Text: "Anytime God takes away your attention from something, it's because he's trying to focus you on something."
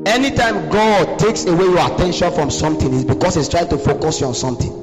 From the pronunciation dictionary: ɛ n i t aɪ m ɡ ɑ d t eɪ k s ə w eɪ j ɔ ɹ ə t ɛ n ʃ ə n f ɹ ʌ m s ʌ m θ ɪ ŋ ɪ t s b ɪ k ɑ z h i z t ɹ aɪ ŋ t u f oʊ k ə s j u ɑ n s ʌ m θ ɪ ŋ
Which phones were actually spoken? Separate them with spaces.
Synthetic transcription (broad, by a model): ɛ n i t aɪ m ɡ ɑ d t eɪ k s ə w eɪ j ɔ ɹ ə t ɛ n ʃ ə n f ɹ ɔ m s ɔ m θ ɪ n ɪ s b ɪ k ɑ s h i s t ɹ aɪ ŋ t u f oʊ k ə s j u ɑ n s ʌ m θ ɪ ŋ